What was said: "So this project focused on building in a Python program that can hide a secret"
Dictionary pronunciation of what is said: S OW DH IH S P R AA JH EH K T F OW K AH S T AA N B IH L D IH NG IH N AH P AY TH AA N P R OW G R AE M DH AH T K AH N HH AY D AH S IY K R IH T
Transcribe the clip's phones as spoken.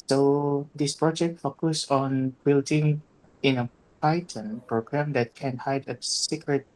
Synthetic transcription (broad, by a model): S OW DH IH S P R AA JH EH K T F OW K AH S AA N B IH L D IH NG IH N AH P AY T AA N P R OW G R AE M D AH T K AH N HH AY D AH S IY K R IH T